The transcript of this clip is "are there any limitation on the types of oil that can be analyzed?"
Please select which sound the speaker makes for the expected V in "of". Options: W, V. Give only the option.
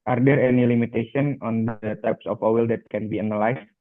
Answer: W